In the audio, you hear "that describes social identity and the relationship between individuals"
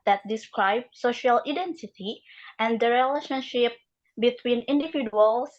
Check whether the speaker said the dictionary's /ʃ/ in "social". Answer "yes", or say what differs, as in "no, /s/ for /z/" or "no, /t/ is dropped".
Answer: yes